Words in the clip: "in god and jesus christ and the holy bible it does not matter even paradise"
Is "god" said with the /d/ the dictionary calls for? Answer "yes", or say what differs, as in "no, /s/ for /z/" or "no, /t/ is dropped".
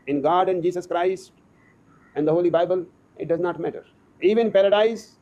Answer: yes